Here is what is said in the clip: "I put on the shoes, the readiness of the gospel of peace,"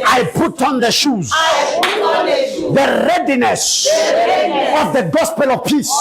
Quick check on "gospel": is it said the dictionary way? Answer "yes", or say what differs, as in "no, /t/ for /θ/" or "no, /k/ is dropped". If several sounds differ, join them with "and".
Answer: yes